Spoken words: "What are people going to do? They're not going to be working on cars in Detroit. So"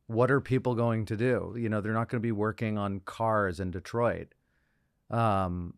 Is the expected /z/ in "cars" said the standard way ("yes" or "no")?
yes